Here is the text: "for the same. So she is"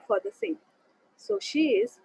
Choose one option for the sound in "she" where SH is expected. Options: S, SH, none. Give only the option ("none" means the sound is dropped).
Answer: SH